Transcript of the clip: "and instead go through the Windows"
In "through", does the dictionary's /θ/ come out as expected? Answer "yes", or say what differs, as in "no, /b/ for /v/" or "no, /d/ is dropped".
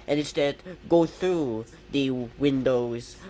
yes